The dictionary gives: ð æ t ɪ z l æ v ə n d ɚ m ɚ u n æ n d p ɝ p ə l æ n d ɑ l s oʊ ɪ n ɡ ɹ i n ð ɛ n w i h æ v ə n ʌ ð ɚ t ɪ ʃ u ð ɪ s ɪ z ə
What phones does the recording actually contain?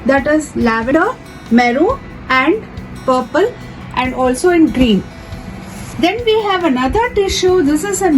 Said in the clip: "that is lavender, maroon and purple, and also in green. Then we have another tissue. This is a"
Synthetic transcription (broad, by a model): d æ t ɪ z l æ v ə d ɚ m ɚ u æ n d p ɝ p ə l æ n d ɑ l s oʊ ɪ n ɡ ɹ i n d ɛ n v i h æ v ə n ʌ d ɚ t ɪ ʃ u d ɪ s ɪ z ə